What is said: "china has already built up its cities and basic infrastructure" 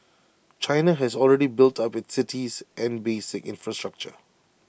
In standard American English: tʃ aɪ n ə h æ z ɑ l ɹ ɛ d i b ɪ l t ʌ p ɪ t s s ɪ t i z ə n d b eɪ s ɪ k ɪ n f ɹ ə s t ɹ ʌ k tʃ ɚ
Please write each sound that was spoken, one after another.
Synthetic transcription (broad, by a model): tʃ aɪ n ə h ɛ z ɑ l ɹ ɛ d i b ɪ l t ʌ p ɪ t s s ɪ t i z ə n b eɪ s ɪ k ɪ n f ɹ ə s t ɹ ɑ k tʃ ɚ